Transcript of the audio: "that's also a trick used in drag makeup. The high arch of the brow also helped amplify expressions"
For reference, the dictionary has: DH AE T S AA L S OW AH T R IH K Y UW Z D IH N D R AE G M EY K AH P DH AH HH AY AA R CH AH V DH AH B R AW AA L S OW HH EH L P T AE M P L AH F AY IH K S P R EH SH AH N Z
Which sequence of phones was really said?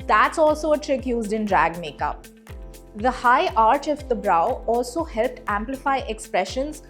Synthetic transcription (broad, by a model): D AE T S AA L S OW AH T R IH K Y UW Z D IH N D R AE G M EY K AH P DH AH HH AY AA R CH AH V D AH B R AW AA L S OW HH EH L P T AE M P L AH F AY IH K S P R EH SH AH N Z